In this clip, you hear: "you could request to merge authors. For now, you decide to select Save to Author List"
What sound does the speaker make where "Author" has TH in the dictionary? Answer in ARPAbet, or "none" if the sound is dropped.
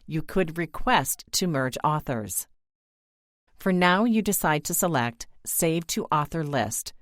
TH